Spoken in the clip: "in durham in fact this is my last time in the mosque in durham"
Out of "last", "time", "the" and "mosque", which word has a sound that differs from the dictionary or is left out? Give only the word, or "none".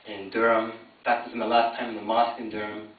none